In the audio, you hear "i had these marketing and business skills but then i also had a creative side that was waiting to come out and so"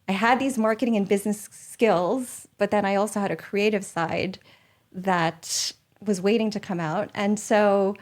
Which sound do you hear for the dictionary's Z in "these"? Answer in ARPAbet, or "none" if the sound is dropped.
Z